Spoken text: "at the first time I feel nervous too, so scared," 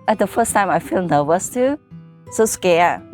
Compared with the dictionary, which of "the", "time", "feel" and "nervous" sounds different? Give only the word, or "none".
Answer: nervous